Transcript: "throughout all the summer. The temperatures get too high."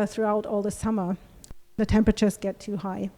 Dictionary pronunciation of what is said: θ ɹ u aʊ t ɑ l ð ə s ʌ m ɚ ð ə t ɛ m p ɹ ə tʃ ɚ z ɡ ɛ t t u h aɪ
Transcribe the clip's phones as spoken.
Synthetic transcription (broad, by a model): θ ɹ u aʊ t ɑ l ð ə s ʌ m ɚ ð ə t ɛ m p ɹ ə tʃ ɚ z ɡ ɛ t t u h aɪ